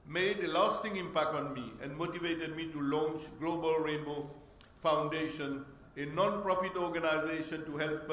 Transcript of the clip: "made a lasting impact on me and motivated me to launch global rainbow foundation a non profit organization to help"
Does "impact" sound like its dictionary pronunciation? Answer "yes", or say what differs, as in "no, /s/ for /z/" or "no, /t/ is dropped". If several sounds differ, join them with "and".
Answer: yes